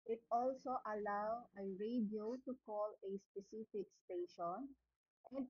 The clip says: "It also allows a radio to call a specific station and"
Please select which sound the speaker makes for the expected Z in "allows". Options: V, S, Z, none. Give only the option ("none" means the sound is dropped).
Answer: none